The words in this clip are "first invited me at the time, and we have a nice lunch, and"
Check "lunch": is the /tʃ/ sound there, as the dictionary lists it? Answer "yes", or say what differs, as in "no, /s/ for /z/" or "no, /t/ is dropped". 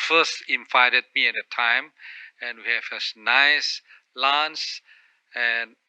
no, /s/ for /tʃ/